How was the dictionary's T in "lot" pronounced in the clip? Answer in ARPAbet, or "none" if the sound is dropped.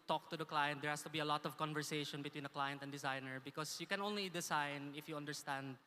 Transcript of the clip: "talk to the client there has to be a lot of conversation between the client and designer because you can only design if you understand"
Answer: T